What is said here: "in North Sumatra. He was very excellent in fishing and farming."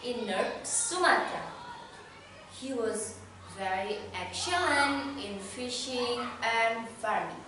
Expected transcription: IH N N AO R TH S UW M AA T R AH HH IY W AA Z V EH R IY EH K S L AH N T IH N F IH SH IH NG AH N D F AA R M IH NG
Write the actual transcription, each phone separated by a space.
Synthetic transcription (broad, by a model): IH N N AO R S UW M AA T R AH HH IY W AA Z V EH R IY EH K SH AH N IH N F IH SH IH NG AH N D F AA R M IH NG